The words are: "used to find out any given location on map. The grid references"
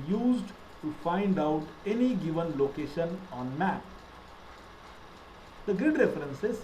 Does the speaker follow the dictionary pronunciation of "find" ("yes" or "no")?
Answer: yes